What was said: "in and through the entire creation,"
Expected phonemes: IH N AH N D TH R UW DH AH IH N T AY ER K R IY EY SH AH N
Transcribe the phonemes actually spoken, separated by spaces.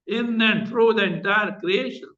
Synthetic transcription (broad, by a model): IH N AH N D F R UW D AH IH N T AY ER K R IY EY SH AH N